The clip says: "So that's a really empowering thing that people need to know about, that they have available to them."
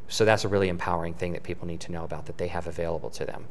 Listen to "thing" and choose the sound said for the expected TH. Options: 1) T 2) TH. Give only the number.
2